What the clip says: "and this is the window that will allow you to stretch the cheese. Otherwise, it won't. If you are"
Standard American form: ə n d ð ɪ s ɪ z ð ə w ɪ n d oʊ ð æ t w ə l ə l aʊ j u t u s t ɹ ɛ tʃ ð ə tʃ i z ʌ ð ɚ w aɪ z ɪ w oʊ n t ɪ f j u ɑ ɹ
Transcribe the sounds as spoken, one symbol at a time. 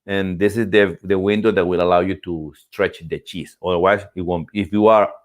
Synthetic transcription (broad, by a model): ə n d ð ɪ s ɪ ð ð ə w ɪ n d oʊ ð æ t w ə l ə l aʊ j u t u s t ɹ ɛ tʃ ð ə tʃ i s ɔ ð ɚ w aɪ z ɪ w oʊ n ɪ f j u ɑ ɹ